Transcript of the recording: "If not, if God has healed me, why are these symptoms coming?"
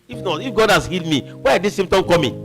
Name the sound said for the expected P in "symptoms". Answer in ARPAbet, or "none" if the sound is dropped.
none